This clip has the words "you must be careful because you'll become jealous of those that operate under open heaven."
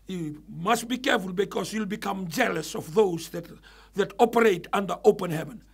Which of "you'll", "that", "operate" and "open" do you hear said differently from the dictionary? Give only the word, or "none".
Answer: none